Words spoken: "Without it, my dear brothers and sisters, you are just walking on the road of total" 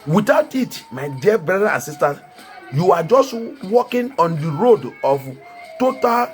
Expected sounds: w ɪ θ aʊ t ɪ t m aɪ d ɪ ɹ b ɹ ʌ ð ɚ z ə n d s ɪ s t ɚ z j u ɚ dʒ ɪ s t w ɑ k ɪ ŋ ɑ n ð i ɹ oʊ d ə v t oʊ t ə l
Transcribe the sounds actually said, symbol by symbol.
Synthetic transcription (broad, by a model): w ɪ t aʊ t ɪ t m aɪ d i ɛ b ɹ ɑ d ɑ ə n s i s t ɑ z j u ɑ dʒ ɪ s t w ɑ k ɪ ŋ ɑ n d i ɹ oʊ d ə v t oʊ t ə l